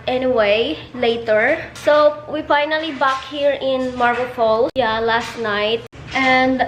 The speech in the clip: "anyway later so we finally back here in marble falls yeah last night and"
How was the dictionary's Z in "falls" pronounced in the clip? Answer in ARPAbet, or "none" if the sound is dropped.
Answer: none